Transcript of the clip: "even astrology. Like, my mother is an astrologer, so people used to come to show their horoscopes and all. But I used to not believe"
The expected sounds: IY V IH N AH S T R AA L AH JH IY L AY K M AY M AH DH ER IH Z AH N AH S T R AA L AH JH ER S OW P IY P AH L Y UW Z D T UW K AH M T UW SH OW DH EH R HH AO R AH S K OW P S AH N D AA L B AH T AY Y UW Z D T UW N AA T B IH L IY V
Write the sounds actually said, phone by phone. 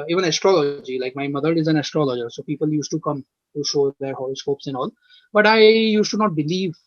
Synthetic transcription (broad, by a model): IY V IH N AH S T R AA L AH JH IY L AY K M AY M AH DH ER IH Z AH N AH S T R AA L AH JH ER S OW P IY P AH L Y UW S T UW K AH M T UW SH OW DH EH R HH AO L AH S K OW P S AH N AA L B AH T AY Y UW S T UW N AA T B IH L IY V